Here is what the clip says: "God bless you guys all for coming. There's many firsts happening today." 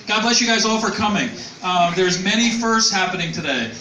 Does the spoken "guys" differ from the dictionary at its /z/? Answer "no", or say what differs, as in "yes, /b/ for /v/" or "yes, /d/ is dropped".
no